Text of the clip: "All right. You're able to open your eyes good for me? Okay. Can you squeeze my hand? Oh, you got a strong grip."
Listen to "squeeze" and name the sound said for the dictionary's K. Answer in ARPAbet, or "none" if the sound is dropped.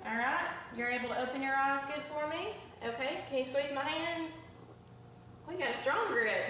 none